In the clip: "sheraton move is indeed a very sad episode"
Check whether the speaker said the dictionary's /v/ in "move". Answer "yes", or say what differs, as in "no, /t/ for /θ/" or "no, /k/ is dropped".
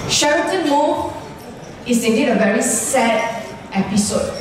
no, /v/ is dropped